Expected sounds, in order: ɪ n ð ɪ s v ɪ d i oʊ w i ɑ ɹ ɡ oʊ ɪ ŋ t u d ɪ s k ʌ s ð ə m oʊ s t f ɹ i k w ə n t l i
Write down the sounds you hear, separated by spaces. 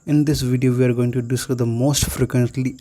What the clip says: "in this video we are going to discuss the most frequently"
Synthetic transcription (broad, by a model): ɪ n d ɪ s v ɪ d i oʊ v i ɑ ɹ ɡ oʊ ɪ ŋ t u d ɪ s ʌ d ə m oʊ s t f ɹ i k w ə n t l i